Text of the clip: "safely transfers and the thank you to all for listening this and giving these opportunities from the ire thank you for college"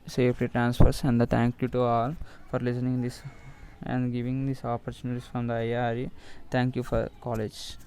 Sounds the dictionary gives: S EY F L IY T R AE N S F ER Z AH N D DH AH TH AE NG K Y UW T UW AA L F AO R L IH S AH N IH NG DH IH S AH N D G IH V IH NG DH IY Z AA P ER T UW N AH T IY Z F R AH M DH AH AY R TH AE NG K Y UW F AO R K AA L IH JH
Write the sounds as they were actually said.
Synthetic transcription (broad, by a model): S EY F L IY T R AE N S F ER S AH N D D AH T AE NG K Y UW T UW AA L F AO R L IH S AH N IH NG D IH S AH N D G IH V IH NG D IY S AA P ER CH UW N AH T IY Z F R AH M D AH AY R T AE NG K Y UW F AO R K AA L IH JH